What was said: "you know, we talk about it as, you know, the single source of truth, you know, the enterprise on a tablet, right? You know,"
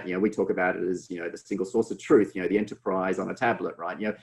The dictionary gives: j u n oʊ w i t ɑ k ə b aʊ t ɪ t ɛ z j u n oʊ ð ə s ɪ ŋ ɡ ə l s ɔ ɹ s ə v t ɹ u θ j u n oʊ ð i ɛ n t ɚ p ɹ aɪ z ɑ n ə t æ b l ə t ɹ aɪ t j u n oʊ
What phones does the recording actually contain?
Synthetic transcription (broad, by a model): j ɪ n oʊ w i t ɑ k ə b aʊ t ɪ t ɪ z j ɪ n oʊ ð ə s ɪ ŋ ɡ l s ɔ ɹ s ə v t ɹ u θ j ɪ n oʊ ð i ɛ n t ɚ p ɹ aɪ z n ə t æ b l ə t ɹ aɪ t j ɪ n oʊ